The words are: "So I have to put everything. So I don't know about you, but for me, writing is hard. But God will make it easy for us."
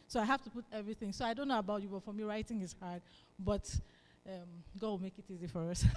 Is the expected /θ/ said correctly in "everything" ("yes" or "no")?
yes